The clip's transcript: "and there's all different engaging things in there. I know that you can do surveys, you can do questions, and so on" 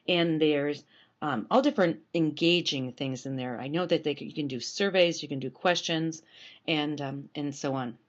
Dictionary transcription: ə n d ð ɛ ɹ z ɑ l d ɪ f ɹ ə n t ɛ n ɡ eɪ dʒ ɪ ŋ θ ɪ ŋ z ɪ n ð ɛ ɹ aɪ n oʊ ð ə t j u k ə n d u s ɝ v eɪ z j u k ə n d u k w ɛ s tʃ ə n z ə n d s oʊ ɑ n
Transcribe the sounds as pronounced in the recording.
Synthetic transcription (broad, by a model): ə n ð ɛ ɹ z ɑ l d ɪ f ɹ ə n t ɛ n ɡ eɪ dʒ ɪ ŋ θ ɪ ŋ z ɪ n ð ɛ ɹ aɪ n oʊ ð ə t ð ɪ k ə n d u s ɝ v eɪ z j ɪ k ə n d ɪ k w ɛ s tʃ ə n z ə n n s oʊ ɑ n